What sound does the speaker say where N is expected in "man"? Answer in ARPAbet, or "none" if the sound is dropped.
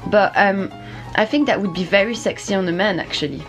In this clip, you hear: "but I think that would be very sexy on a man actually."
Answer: N